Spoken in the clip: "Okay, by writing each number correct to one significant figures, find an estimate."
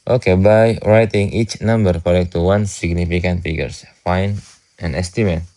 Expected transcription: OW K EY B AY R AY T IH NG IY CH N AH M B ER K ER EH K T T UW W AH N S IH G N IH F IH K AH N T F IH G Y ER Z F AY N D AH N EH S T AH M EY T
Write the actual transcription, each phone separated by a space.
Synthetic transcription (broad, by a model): OW K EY B AY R AY T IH NG IY CH N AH M B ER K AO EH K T T UW W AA N S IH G N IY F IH K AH N T F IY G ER S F AY N AH N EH S T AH M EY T